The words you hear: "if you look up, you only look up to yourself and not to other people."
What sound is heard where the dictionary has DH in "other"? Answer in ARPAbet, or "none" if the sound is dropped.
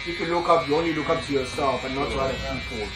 none